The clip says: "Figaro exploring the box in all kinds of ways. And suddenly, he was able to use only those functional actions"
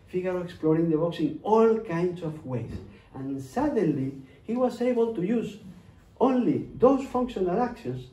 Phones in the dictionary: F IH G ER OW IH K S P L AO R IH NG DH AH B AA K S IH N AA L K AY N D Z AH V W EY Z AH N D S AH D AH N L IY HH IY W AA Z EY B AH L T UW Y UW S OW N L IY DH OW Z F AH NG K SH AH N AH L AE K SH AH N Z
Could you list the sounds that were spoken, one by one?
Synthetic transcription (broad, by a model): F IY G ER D IH K S P L AO R IH NG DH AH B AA K S IH N AA L K AY N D S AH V W EY S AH N S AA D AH N L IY HH IY W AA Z EY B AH L T UW Y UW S OW N L IY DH OW S F AH NG K SH AH N AH L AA K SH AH N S